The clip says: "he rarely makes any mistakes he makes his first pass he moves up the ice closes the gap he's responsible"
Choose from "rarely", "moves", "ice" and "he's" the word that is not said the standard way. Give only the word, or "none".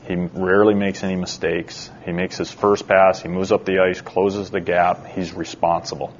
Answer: none